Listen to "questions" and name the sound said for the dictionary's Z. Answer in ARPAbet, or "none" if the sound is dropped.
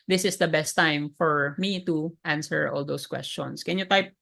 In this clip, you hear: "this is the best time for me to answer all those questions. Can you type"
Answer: S